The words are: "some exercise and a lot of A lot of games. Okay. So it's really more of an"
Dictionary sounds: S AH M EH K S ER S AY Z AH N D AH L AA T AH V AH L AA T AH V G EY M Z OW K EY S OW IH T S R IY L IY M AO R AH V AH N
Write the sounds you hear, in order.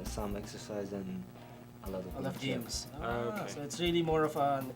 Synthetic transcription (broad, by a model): S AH M EH K S ER S AY Z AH N AH L AA T AH V AH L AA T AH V G EY M Z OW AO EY S OW IH T S R IY L IY M AO R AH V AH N